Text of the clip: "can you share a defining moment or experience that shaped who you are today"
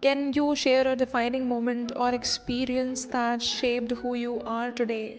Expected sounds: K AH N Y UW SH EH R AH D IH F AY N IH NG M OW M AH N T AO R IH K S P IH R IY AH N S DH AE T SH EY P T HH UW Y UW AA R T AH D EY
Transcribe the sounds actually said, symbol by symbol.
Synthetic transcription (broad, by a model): K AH N Y UW SH EH R AH D IH F AY N IH NG M OW M AH N T AO R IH K S P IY R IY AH N S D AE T SH EY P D HH UW Y UW AA R T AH D EY